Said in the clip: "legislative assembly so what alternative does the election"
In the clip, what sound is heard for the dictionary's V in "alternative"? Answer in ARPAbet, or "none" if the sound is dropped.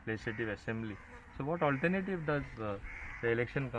V